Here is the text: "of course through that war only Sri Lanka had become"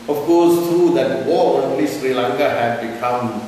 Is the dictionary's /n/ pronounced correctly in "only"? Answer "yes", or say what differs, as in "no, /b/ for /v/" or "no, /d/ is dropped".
no, /n/ is dropped